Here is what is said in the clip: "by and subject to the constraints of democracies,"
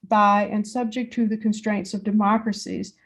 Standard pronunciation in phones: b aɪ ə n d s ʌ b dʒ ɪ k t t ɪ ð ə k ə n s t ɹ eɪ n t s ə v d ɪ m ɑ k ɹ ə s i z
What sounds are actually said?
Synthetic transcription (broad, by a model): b aɪ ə n s ʌ b dʒ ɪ k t t ɪ ð ə k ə n s t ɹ eɪ n t s ə v d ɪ m ɑ k ɹ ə s i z